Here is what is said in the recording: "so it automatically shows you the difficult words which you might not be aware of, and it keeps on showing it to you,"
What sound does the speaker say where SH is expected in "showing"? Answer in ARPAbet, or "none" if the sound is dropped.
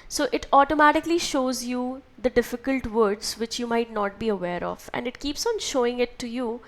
SH